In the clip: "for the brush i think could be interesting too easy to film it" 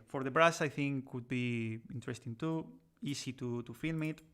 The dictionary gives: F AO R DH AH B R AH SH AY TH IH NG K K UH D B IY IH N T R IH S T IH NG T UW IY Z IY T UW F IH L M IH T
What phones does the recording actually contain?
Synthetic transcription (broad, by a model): F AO R DH AH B R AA S AY TH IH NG K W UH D B IY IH N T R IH S T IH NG T UW IY S IY T UW F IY L M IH T